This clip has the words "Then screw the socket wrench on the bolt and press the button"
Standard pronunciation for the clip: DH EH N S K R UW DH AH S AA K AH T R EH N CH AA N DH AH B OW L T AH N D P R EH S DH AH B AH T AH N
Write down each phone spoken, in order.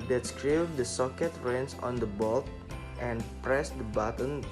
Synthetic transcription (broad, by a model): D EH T S K R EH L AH S AA K AH T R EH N S AA N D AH B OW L T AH N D P R EH S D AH B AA T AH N